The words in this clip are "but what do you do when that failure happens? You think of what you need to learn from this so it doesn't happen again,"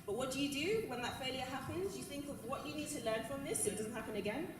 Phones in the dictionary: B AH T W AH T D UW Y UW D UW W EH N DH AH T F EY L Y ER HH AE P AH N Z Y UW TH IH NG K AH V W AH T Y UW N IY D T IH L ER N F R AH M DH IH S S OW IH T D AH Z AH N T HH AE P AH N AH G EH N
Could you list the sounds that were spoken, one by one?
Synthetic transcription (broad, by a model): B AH T W AH T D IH Y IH D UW W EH N DH AH T F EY L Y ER HH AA P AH N Z Y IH TH IH NG K AH V W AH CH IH N IY D T IH L ER N F R AH M DH IH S S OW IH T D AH Z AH N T HH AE P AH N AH G EH N